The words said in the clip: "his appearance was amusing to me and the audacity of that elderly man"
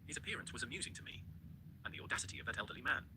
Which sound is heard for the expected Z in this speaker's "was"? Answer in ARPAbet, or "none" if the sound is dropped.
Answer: Z